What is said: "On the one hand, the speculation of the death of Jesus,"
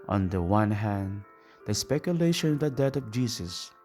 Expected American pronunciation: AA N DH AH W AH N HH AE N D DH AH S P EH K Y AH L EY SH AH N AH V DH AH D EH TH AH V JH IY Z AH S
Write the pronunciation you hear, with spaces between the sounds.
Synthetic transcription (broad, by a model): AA N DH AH W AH N HH AE N D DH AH S P EH K Y AH L EY SH AH N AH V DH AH D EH T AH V JH IY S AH S